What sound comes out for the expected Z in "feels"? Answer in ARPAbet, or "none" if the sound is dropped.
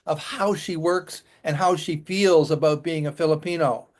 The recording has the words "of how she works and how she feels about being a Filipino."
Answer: Z